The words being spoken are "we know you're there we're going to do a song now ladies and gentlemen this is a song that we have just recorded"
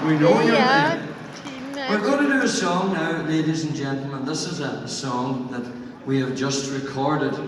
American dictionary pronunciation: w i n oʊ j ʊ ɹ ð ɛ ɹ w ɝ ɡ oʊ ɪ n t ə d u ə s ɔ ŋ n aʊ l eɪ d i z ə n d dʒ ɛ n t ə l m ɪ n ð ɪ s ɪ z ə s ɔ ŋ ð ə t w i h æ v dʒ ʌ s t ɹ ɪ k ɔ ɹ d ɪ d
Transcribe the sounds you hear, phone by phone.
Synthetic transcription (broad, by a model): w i n oʊ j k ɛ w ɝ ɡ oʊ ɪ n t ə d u ə s ɔ ŋ n aʊ l eɪ d i z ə n dʒ ɛ n t l m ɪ n ð ɪ s ɪ z ə s ɔ ŋ ð ə t w i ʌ v dʒ ʌ s t ɹ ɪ k ɔ ɹ d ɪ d